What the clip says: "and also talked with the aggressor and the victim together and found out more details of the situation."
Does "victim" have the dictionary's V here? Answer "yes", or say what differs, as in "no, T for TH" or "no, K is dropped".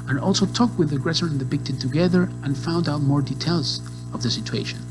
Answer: no, B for V